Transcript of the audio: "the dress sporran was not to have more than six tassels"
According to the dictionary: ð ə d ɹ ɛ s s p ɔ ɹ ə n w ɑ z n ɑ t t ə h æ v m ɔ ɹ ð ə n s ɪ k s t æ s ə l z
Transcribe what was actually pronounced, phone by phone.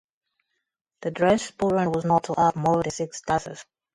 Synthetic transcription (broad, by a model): ð ə d ɹ ɛ s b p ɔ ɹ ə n w ɑ z n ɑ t t ə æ p m ɔ ɹ ð ə n s ɪ k s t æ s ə z